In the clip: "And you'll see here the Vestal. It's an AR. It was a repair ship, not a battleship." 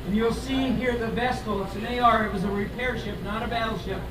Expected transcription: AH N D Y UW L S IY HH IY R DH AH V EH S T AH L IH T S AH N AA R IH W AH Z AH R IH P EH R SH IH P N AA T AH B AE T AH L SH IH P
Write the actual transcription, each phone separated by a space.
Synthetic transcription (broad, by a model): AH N Y UW L S IY HH IY R DH AH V EH S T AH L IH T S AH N AA R IH W AH Z AH R IH P EH R SH IH P N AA T AH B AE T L SH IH P